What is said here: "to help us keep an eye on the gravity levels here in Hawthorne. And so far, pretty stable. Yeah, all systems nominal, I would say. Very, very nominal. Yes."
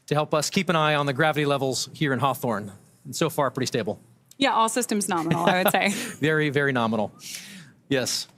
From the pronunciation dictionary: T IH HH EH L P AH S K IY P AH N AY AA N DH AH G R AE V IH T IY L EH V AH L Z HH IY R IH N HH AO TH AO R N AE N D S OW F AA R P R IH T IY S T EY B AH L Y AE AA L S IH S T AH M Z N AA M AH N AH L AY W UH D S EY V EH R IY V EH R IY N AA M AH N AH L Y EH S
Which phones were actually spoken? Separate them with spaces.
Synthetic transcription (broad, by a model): T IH HH EH L P AH S K IY P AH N AY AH N DH AH G R AE V IH T IY L EH V L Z HH IY R IH N HH AO TH AO R N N S OW F AA R P R IH T IY S T EY B L Y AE AA L S IH S T AH M Z N AA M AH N L AY W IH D S EY V EH R IY V EH R IY N AA M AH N L Y EH S